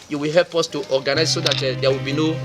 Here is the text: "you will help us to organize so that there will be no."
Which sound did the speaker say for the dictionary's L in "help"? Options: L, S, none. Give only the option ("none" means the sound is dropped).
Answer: L